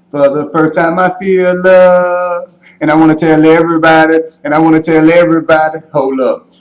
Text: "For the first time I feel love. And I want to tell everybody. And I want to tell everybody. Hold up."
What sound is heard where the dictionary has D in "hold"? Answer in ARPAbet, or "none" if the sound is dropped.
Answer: none